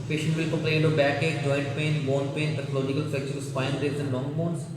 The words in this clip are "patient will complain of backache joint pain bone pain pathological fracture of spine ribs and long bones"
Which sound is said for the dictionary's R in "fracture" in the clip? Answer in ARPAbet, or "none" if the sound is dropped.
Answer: none